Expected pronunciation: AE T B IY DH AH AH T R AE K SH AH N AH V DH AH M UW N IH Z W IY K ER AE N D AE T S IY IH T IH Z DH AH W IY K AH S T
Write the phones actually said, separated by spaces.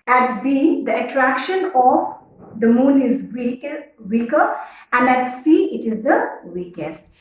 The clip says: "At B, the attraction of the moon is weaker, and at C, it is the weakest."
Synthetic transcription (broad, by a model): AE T B IY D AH AH T R AE K SH AH N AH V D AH M UW N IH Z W IY K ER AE N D AE T S IY IH T IH Z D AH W IY K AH S T